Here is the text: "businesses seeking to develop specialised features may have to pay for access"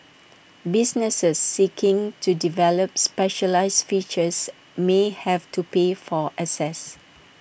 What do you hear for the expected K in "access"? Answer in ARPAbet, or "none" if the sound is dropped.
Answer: none